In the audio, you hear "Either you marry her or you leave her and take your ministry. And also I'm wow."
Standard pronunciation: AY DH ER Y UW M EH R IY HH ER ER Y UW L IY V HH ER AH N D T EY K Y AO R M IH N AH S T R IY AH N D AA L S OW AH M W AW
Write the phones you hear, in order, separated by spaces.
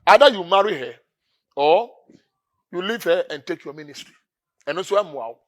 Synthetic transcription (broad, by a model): AY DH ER Y UW M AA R IY HH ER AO Y UW L IY V HH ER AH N T EY K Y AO M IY N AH S T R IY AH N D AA S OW AH M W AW